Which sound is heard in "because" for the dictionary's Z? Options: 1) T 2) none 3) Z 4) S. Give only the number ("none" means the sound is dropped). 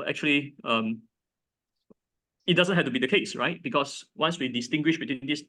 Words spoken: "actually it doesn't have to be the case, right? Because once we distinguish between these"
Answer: 4